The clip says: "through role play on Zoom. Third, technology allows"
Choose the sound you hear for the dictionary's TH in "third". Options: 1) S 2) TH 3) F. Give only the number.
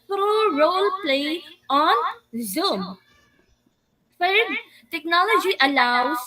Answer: 3